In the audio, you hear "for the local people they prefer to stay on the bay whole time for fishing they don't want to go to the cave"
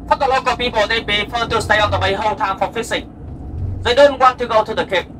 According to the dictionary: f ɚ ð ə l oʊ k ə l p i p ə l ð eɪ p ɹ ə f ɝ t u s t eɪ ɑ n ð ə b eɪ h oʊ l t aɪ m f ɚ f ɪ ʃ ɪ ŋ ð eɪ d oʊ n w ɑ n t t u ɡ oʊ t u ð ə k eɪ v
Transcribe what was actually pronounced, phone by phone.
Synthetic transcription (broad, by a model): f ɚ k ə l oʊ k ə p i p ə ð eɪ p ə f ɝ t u s t eɪ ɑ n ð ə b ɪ h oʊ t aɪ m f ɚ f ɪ s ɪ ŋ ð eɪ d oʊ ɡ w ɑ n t t u ɡ oʊ t u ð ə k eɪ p